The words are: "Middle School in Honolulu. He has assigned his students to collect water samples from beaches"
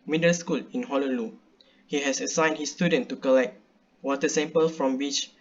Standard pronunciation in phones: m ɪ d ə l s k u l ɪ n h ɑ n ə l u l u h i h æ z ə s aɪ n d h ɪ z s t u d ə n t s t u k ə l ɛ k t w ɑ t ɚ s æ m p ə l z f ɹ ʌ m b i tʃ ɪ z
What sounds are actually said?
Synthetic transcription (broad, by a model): m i d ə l s k u l ɪ n h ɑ l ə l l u h i h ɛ s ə s aɪ n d h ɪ s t u d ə n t t u k ə l ɛ k t w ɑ t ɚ s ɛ m p ə l f ɹ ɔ m b i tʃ